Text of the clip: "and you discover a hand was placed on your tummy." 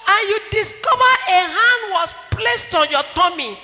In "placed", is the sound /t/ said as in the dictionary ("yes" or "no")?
yes